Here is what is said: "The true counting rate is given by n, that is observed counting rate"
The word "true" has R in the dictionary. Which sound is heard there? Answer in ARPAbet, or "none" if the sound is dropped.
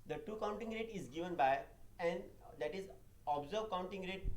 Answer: none